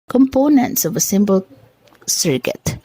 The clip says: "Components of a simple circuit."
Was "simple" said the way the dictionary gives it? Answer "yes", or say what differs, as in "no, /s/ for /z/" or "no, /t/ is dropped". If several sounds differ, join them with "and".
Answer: no, /b/ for /p/